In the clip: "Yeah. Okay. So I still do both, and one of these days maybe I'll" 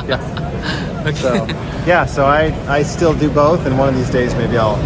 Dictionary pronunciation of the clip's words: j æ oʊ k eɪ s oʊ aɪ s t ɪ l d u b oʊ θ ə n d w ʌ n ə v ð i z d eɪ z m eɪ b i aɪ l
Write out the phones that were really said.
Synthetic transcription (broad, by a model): j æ oʊ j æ s oʊ aɪ s t ɪ l d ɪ b oʊ θ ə n w ʌ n ə v ð i z d eɪ z m eɪ b i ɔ l